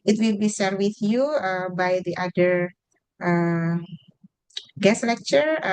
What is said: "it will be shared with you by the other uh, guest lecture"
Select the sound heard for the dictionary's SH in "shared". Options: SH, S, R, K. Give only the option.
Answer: S